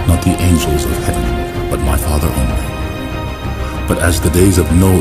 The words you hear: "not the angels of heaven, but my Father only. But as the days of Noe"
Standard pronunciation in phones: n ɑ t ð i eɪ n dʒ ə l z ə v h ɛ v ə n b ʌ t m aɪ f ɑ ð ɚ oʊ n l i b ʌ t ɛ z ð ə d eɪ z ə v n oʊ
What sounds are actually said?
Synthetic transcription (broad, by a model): n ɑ t ð i eɪ n dʒ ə l z ə v h ɛ v ə n b ʌ t m aɪ f ɑ ð ɚ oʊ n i b ʌ t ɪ z ð ə d eɪ z ə v n oʊ